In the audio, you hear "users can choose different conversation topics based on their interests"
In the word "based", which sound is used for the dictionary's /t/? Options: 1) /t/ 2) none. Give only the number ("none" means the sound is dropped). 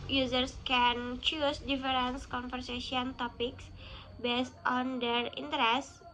1